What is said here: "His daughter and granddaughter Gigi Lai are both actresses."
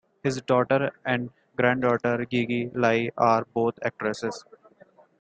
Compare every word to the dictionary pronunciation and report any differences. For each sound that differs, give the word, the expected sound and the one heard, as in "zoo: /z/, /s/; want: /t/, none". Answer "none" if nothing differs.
both: /θ/, /t/